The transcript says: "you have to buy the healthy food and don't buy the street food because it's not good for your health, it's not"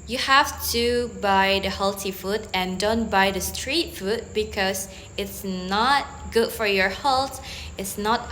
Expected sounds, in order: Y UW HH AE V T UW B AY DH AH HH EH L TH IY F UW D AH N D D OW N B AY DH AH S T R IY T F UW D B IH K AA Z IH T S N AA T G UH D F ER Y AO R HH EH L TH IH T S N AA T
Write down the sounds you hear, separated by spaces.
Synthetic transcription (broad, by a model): Y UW HH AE F T UW B AY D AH HH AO L T IY F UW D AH N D D OW N B AY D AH S T R IY T F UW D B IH K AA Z IH T S N AA T G UH D F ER Y AO R HH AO L T IH T S N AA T